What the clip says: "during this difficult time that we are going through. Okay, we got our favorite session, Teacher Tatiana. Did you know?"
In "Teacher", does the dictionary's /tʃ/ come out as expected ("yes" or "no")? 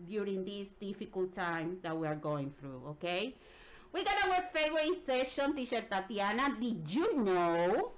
no